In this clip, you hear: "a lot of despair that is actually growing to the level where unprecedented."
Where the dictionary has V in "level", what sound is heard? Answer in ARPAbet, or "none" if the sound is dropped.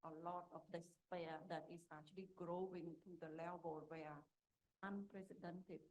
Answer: B